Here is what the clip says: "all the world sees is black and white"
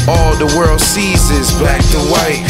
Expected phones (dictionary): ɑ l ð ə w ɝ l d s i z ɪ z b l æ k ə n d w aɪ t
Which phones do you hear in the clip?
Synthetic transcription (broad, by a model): ɑ l ð ə w ɝ l d s i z ɪ z b æ k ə w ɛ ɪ